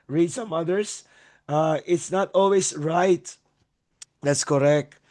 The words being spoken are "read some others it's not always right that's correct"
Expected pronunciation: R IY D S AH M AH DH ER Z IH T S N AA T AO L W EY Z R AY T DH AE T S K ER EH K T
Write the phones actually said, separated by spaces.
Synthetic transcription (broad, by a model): R IY D S AH M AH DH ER S IH T S N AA T AO L W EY S R AY T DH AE T S K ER EH K T